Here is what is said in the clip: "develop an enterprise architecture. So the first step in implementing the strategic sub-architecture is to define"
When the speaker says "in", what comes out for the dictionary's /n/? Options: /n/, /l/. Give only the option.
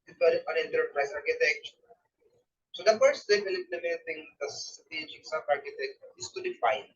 /l/